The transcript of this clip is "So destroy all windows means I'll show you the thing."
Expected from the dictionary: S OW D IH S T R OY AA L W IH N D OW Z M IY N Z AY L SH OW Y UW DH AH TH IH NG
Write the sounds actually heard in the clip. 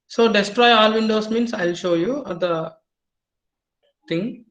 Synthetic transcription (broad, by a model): S OW D IH S T R OY AA L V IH N D OW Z M IY N S AY L SH OW Y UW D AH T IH NG